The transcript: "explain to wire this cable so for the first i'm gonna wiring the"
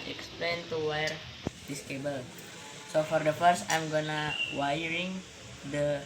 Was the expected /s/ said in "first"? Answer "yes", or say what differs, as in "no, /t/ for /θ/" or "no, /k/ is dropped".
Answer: yes